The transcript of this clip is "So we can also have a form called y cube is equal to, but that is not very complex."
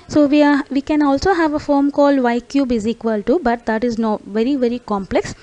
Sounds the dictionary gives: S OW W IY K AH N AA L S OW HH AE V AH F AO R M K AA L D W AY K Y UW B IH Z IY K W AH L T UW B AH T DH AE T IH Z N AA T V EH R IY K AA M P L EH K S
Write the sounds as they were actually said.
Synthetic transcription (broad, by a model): S OW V IY K AH N AA L S OW HH AE V AH F AO R M K AA L D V AY K Y UW B IH Z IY K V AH L T UW B AH T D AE T IH Z N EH T V EH R IY K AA M P L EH K S